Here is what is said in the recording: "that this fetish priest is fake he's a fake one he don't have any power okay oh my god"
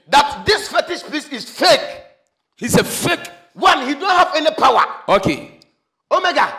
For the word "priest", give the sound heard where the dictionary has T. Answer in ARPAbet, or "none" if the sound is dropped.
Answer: none